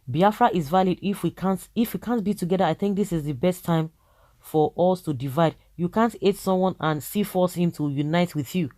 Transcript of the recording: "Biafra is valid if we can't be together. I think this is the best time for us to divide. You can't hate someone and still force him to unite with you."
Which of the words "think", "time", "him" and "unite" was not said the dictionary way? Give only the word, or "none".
none